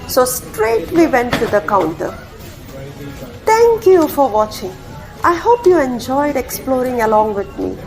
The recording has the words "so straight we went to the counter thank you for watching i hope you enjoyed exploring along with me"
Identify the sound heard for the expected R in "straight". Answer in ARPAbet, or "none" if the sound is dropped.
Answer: R